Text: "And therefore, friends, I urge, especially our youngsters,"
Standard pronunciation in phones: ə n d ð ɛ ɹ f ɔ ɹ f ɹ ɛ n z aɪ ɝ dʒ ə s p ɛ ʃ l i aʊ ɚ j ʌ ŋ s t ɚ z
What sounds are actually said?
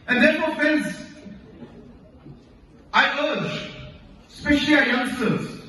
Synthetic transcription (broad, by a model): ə n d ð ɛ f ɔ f ɛ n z aɪ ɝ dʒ s p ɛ ʃ l i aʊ j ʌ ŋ s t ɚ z